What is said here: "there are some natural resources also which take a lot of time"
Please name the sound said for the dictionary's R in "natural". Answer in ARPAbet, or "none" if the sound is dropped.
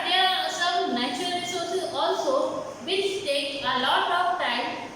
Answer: none